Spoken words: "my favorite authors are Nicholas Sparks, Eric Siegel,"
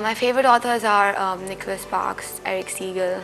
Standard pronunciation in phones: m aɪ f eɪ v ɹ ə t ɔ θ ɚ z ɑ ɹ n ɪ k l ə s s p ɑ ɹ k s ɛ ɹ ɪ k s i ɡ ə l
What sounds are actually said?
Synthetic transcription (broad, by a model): m aɪ f eɪ v ɹ ə t ɔ t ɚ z ɑ ɹ n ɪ k l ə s s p ɑ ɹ k s ɛ ɹ ɪ k s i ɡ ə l